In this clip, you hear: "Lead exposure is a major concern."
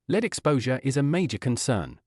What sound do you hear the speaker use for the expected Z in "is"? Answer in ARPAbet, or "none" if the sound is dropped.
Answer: Z